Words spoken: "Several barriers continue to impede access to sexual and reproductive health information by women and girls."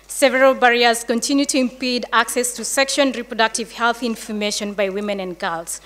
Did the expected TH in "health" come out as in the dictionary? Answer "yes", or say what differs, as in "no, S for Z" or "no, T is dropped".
yes